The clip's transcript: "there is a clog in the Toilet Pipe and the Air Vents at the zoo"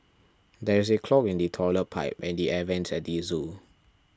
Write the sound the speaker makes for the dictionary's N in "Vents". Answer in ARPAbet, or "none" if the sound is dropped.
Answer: N